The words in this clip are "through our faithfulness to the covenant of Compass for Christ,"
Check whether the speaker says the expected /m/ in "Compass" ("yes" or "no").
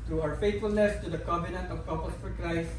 no